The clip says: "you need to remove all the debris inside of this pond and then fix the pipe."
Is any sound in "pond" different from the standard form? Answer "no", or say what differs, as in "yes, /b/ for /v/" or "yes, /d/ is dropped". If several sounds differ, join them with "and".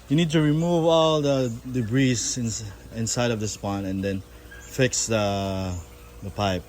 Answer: yes, /d/ is dropped